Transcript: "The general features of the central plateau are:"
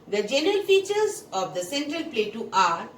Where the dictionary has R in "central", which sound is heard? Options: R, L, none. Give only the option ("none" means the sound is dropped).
R